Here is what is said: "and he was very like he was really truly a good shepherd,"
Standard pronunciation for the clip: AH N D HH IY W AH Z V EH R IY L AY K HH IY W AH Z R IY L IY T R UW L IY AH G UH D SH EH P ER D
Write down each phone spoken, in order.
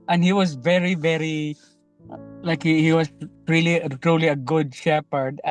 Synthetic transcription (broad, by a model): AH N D HH IY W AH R V EH R IY L AY K HH IY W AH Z R IY L IY T R UW L IY AH G UH D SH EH P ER D